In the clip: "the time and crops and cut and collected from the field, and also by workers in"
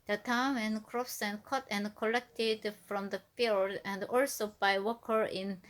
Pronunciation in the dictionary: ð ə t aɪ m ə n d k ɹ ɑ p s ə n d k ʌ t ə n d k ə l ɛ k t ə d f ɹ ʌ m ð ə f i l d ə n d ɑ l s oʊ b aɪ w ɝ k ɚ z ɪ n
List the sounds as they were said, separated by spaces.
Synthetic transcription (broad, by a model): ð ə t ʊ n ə n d k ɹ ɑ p s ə n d k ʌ t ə n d k ə l ɛ k t ə d f ɹ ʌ m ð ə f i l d ə n d ɑ l s oʊ b aɪ w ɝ k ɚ ɪ n